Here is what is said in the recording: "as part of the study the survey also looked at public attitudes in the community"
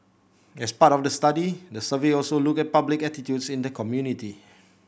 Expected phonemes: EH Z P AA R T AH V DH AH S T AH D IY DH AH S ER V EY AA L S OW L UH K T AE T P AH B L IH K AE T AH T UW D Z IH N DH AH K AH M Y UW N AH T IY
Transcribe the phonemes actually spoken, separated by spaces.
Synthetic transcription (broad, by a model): EH S P AA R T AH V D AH S T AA D IY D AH S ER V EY AA L S OW L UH K EH T P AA B L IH K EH T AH T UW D S IH N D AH K AH M Y UW N AH T IY